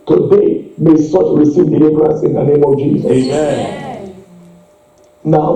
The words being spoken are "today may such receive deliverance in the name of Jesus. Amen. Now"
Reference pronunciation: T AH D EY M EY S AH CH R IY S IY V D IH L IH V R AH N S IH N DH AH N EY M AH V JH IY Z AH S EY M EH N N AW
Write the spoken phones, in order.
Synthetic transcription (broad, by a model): T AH D EY M EY S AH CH R IY S IY V D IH L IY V R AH N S IH N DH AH N EY M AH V JH IY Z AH EY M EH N N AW